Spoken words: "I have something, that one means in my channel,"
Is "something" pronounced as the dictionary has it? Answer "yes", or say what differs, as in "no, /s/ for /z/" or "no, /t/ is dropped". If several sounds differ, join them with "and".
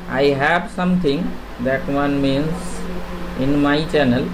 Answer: no, /t/ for /θ/